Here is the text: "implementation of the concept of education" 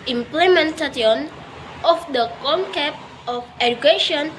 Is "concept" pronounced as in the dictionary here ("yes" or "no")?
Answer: no